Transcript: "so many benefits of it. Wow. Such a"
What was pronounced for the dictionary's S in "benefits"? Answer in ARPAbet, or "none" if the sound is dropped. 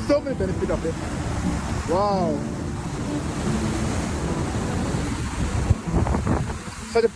none